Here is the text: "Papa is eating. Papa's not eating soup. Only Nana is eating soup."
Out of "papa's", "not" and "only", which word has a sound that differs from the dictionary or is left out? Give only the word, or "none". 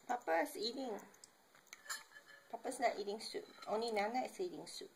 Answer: papa's